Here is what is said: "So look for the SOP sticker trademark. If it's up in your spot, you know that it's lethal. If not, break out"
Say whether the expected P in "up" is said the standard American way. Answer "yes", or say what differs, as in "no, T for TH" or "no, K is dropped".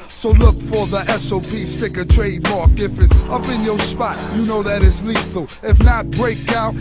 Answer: yes